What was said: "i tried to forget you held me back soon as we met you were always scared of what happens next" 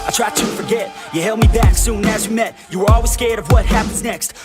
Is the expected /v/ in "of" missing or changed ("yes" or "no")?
no